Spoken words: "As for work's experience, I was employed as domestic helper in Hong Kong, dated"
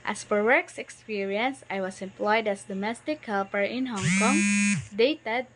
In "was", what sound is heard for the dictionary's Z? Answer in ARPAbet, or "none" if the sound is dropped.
S